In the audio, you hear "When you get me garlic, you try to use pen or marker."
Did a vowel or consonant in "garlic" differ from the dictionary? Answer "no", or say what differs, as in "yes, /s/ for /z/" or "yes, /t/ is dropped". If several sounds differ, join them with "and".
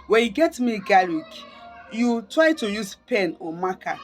yes, /l/ is dropped